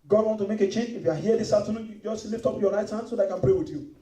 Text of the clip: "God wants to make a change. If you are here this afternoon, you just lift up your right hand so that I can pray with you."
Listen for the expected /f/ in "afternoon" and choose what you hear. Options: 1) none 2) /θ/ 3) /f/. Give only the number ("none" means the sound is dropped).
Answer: 1